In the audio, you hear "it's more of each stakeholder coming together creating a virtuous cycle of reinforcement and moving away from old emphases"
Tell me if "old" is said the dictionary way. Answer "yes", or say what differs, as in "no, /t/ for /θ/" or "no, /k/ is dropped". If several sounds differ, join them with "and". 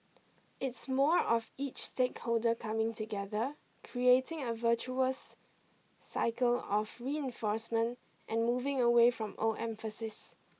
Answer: no, /d/ is dropped